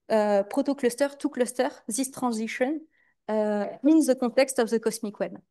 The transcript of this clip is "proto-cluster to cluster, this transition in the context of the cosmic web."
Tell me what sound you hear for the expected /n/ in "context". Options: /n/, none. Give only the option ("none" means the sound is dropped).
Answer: none